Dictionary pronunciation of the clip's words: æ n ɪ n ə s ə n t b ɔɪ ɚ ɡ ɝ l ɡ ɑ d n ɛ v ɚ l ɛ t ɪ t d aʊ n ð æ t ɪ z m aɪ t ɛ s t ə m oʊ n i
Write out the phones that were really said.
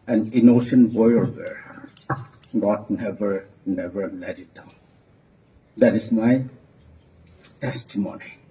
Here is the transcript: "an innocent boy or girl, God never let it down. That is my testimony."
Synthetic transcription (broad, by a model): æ n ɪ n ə ʃ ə n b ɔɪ ɚ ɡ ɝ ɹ ɡ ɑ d n ɛ v ɚ n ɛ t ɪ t d aʊ n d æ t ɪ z m aɪ t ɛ s t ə m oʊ n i